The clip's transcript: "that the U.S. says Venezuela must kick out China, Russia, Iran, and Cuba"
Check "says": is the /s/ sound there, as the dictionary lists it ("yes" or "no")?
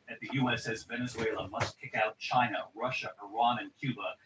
yes